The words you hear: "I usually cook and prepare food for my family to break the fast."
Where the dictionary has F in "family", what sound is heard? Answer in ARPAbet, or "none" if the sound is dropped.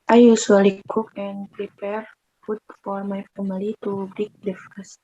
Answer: P